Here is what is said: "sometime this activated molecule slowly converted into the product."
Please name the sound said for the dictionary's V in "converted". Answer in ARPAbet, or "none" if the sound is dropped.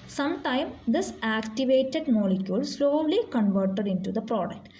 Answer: V